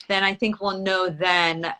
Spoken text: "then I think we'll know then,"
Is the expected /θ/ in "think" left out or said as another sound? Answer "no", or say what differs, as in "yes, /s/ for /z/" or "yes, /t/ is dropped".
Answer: no